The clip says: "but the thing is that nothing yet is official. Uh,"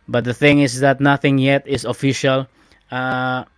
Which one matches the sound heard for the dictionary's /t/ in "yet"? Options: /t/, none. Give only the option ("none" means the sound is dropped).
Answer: /t/